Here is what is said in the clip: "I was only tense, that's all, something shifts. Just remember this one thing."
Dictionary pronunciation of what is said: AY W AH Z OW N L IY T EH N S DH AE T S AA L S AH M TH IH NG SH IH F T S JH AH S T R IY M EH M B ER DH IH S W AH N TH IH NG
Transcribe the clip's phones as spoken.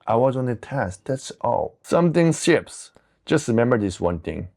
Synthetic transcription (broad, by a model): AY W AH Z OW N IY T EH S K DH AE T S AA L S AH M TH IH NG S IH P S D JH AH S T R IY M EH M B ER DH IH S W AH N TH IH NG